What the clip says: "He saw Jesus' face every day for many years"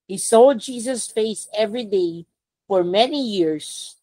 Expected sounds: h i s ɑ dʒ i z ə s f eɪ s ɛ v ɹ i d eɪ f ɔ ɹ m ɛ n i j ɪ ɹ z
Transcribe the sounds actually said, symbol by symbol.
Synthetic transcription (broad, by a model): h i s ɑ dʒ i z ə s f eɪ s ɛ v ɹ i d eɪ f ɔ ɹ m ɛ n i j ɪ ɹ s